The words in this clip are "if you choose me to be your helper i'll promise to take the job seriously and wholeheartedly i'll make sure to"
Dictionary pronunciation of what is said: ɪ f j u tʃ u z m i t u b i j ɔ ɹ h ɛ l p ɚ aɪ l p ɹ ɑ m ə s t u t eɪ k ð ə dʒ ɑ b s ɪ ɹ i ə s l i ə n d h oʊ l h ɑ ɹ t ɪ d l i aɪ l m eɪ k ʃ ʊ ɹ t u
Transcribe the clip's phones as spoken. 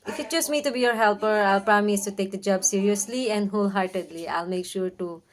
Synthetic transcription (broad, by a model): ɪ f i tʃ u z m i t u b i j ɔ ɹ h ɛ l p ɚ aɪ l p ɹ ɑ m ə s t u t eɪ k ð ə dʒ ɑ b s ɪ ɹ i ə s l i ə n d h oʊ l h ɑ ɹ t ɪ d l i aɪ l m eɪ k ʃ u ɹ t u